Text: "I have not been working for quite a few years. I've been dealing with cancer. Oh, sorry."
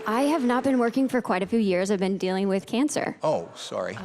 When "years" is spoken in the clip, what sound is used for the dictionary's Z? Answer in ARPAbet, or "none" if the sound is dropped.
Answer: Z